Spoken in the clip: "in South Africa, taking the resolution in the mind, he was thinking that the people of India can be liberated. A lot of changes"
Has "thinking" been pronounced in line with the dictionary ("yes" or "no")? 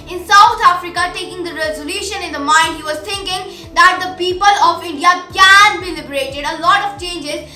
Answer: no